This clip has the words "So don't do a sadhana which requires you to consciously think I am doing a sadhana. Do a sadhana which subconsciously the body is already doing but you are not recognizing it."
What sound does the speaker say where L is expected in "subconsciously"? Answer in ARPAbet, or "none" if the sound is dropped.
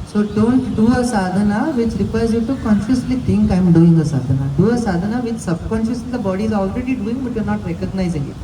none